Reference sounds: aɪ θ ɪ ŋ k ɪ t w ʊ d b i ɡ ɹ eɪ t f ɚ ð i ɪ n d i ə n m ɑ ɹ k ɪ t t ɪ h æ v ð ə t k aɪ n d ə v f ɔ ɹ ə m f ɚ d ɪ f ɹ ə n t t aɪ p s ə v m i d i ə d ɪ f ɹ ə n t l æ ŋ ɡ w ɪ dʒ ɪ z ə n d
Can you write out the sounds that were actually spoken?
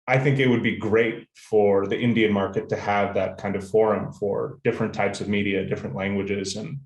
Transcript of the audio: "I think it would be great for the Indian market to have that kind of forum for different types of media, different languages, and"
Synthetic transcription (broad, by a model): aɪ θ ɪ ŋ k ɪ t w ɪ d b i ɡ ɹ eɪ t f ɚ ð i ɪ n d i ə n m ɑ ɹ k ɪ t t ɪ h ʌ v ð ə t k aɪ n d ə v f ɔ ɹ ə m f ɚ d ɪ f ɹ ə n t t aɪ p s ə v m i d i ə d ɪ f ɹ ə n t l æ ŋ ɡ w ɪ dʒ ɪ z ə n